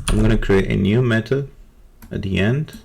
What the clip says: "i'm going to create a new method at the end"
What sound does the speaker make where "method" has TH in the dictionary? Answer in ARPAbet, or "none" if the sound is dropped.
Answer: T